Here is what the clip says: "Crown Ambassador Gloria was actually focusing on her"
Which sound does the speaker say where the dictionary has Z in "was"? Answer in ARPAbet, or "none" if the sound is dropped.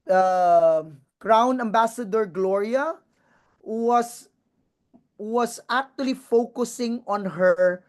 S